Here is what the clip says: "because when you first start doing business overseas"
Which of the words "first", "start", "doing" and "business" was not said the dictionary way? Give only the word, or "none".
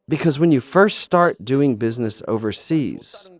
none